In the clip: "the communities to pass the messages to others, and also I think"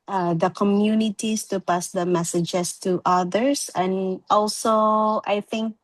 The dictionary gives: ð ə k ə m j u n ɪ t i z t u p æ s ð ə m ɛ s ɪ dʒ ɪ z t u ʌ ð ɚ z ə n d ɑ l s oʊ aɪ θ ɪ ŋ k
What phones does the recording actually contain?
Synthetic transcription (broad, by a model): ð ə k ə m j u n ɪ t i s t u p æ s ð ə m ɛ s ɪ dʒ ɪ s t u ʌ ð ɚ s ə n ɑ l s oʊ aɪ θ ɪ ŋ k